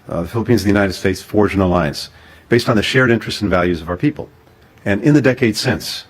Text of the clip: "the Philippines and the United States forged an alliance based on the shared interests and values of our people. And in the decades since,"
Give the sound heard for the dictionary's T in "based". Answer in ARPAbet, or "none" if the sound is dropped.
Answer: T